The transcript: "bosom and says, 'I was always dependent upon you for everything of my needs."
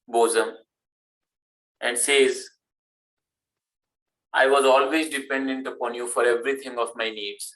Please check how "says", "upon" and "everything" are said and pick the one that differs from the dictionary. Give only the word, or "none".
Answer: everything